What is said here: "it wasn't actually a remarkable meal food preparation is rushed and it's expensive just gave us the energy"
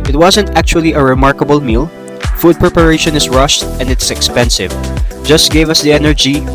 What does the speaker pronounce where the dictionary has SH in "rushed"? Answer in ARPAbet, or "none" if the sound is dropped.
SH